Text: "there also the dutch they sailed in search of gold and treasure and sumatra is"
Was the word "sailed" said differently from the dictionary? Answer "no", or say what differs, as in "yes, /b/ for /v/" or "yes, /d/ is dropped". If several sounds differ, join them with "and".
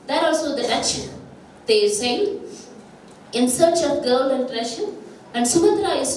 yes, /n/ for /l/